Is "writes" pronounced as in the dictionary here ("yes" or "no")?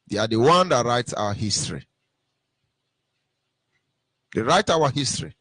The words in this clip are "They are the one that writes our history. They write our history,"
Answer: yes